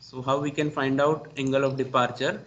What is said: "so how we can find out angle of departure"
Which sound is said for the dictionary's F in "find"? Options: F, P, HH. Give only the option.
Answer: F